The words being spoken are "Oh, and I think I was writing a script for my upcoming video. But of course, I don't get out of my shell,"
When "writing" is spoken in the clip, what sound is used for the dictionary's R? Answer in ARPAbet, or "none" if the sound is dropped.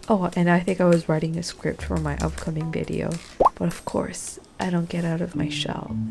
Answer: R